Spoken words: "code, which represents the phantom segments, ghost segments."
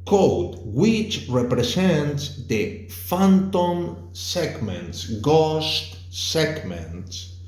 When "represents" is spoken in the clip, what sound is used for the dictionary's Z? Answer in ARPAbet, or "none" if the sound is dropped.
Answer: S